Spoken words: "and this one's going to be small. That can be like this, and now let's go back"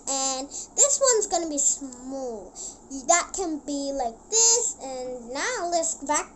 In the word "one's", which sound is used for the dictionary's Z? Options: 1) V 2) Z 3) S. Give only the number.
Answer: 2